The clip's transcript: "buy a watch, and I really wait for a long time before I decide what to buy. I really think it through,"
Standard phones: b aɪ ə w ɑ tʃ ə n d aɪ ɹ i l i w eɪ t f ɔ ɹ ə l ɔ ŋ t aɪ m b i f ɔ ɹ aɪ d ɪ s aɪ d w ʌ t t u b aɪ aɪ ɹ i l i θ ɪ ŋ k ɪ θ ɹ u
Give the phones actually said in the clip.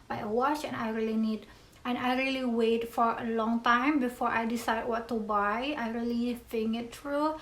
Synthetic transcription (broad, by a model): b aɪ ə w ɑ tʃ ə n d aɪ ɹ i l i w eɪ t f ɔ ɹ ə l ɔ ŋ t aɪ m b i f ɔ ɹ aɪ d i s aɪ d w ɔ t t u b aɪ aɪ ɹ i l i f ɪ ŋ ɪ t ɹ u